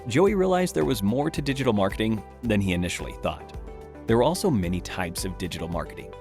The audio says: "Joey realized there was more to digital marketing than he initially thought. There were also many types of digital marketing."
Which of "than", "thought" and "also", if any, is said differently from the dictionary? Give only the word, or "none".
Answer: none